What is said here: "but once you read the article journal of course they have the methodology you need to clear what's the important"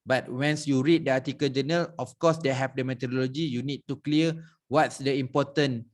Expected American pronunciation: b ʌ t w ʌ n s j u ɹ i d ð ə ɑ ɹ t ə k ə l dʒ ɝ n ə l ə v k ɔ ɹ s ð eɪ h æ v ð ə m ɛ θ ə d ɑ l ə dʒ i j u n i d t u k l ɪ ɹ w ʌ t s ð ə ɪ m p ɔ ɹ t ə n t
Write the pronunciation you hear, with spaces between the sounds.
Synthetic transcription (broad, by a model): b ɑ t w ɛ n s j u ɹ i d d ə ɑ t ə k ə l dʒ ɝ n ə l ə f k ɔ s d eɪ h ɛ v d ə m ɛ t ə d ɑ l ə dʒ i j u n i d t u k l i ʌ w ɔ t s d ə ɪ m p ɔ t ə n